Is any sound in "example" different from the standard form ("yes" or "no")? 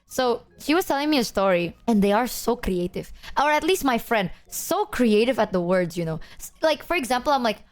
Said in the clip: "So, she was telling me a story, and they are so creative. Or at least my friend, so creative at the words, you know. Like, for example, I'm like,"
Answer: no